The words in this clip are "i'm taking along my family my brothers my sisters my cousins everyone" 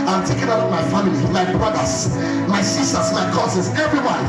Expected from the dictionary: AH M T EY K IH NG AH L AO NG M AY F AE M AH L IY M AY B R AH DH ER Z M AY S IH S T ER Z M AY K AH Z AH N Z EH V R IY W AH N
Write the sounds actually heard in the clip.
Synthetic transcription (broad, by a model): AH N T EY K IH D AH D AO M AY F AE M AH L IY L AY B R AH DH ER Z M AY S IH S T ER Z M AY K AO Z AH Z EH V R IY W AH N